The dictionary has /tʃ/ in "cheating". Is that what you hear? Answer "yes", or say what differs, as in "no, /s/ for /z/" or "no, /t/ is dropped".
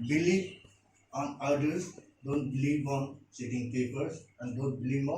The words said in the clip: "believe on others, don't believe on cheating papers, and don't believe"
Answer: no, /s/ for /tʃ/